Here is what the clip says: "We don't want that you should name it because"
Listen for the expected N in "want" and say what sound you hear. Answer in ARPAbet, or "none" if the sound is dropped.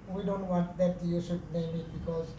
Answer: N